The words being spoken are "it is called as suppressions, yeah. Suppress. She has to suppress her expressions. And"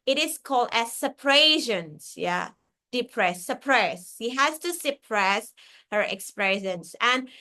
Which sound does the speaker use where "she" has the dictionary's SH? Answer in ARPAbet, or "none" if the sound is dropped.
S